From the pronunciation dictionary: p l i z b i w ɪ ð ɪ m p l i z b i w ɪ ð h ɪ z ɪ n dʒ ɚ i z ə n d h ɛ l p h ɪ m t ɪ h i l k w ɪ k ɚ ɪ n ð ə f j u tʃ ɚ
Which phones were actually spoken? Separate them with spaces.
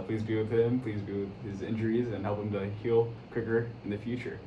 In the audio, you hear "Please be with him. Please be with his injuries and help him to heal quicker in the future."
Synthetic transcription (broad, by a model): p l i z b i w ɪ ð ɪ m p l i z b i w ɪ ð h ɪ z ɪ n dʒ ɚ i z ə n h ɛ l p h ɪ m t ɪ h i l k w ɪ k ɚ ɪ n ð ə f j u tʃ ɚ